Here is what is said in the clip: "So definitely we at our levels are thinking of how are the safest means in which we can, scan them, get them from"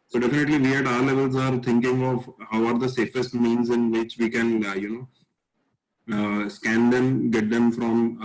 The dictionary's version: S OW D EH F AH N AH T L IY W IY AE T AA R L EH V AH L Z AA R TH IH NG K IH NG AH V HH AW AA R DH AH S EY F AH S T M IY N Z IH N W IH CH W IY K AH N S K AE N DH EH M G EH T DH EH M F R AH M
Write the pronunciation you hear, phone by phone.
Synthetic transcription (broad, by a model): S OW D EH F AH N AH T L IY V IY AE T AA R L EH V AH L Z AA R T IH NG K IH NG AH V HH AW AA R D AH S EY F AH S T M IY N Z IH N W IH CH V IY K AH N S K AE N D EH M G EH T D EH M F R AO M